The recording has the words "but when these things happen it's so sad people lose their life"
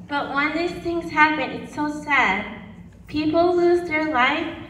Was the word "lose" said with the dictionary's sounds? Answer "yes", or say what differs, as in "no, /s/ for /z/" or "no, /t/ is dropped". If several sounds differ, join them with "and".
yes